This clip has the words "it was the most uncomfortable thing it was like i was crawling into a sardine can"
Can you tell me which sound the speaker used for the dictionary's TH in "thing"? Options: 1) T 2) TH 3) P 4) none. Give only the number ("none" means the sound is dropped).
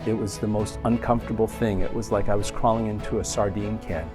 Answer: 2